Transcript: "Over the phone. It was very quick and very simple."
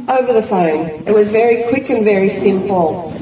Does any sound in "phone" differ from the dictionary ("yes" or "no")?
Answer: no